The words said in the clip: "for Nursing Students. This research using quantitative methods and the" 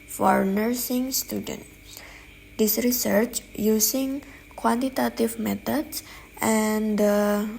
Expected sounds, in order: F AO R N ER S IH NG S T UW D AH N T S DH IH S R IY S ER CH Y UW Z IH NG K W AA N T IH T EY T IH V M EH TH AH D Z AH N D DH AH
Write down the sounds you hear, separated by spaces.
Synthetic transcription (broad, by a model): F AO R N ER S IH NG S T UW D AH N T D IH S R IY S ER CH Y UW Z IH NG K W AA N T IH T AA T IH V M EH T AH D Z AH N D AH